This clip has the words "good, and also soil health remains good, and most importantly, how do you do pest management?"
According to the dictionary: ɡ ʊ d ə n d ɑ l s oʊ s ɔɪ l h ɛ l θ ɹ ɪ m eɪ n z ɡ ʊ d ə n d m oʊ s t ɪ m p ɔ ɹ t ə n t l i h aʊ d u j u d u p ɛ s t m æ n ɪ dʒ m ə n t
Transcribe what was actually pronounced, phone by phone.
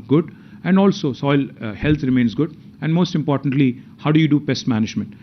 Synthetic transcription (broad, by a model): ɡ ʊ d ə n d ɑ l s oʊ s ɔɪ l h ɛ l t ɹ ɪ m eɪ n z ɡ ʊ d ə n d m oʊ s t ɪ m p ɔ ɹ t ə n t l i h aʊ d u j u d u b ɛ s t m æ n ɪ dʒ m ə n t